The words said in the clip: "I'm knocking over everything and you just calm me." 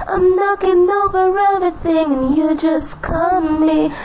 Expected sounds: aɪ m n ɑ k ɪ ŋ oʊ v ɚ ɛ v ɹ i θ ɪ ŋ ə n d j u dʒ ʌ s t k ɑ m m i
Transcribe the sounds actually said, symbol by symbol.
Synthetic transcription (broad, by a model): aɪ m n ɑ k ɪ ŋ oʊ v ɚ ɛ v ɹ i θ ɪ ŋ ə n j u dʒ ʌ s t k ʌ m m i